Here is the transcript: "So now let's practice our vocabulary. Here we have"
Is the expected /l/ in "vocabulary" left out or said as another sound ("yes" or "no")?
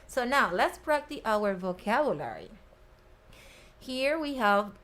no